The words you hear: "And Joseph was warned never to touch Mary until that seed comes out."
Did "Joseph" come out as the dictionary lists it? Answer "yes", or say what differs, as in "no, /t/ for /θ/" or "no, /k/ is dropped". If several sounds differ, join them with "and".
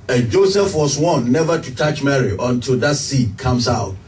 yes